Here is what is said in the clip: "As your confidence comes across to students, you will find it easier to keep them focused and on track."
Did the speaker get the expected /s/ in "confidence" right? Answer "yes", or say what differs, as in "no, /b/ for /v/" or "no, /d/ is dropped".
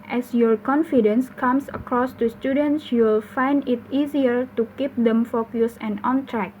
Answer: yes